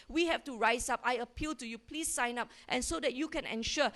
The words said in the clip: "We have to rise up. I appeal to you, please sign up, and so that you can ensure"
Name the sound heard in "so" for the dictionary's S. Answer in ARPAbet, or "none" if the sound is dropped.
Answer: S